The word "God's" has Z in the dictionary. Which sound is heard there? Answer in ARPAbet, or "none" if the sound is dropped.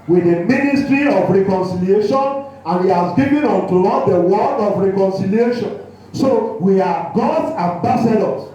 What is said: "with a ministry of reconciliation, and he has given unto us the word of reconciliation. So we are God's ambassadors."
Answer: none